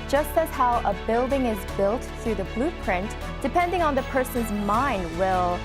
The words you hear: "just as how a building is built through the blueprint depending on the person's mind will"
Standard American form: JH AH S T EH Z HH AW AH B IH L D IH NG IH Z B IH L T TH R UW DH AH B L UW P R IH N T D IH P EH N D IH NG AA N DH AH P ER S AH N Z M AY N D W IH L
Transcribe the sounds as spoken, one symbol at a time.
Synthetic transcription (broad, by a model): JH AH S T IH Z HH AW AH B IH L D IH NG IH Z B IH L T TH R UW DH AH B L UW P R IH N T D IH P EH N D IH NG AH N DH AH P ER S AH N Z M AY N D W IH L